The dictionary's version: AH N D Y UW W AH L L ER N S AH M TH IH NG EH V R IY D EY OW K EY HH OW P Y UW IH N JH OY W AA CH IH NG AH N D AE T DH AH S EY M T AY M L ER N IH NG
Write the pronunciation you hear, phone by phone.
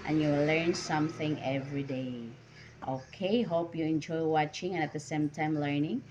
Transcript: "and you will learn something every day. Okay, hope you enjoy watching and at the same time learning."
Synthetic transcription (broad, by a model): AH N Y UW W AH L L ER N S AH M TH IH NG EH V R IY D EY OW K EY HH OW P Y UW IH N JH OY W AA CH IH NG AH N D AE T DH AH S EY M T AY M L ER N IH NG